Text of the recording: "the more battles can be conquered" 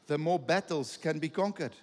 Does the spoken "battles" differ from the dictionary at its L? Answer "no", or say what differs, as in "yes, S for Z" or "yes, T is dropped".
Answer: no